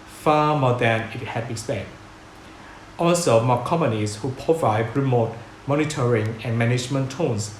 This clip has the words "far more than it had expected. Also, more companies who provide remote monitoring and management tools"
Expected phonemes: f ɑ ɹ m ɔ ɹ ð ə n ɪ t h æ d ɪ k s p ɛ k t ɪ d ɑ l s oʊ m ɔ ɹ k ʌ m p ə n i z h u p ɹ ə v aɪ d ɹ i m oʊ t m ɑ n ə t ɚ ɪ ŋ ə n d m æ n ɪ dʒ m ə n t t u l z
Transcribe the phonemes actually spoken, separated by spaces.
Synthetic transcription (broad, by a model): f ɑ m ɔ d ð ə n ɪ t h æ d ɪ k s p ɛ t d ɑ l s oʊ m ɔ k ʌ m p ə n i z h u p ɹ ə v aɪ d ɹ i m oʊ t m ɑ n ə t ɚ ɪ ŋ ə n m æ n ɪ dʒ m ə n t t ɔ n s